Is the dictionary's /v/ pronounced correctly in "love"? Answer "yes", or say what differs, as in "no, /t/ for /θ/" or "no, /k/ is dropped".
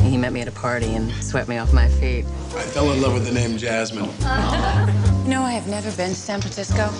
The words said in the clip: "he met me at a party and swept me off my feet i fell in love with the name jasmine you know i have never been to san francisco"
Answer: yes